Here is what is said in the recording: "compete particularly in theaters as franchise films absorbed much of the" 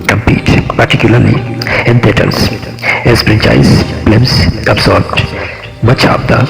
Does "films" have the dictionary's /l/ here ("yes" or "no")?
no